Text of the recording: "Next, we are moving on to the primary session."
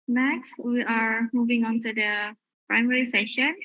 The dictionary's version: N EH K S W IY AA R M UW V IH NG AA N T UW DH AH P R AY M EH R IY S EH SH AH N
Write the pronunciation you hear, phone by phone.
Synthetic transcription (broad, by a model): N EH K S W IY AA R M UW V IH NG AA N T UW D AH P R AY M EH R IY S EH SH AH N